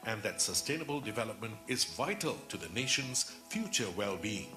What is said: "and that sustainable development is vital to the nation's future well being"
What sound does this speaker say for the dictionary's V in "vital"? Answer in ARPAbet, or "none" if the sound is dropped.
V